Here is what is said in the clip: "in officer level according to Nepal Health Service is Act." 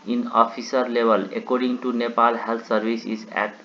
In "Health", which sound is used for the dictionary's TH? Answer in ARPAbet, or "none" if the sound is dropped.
T